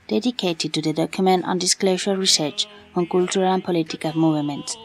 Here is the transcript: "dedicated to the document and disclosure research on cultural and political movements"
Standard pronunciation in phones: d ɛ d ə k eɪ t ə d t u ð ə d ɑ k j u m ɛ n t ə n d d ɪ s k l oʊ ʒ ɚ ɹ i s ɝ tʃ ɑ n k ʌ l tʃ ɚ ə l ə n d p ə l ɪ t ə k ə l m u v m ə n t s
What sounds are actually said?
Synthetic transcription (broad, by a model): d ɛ d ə k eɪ t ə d t u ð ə d ɑ k j u m ɛ n t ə n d d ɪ s k l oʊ ʃ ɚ ɹ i s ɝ tʃ ɑ n k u l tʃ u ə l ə n p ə l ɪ t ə k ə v m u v m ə n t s